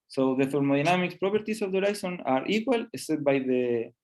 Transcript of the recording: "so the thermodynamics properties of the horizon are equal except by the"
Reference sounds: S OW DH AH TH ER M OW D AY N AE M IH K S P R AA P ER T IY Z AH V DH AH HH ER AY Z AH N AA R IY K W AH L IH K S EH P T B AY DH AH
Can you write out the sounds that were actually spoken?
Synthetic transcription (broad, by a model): S OW DH AH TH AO M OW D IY N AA M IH K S P R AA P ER T IY S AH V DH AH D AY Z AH N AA R IY K W AH L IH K S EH T B AY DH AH